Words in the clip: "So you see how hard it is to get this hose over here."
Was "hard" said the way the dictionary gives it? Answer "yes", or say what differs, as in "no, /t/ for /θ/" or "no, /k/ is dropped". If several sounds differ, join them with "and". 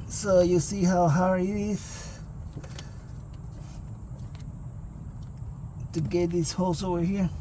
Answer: no, /d/ is dropped